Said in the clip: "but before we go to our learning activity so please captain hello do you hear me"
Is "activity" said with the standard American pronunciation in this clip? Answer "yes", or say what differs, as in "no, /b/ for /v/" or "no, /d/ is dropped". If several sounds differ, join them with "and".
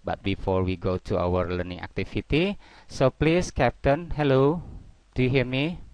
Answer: no, /f/ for /v/